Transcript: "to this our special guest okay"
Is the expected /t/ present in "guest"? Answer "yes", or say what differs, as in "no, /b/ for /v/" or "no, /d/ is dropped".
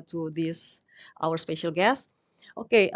yes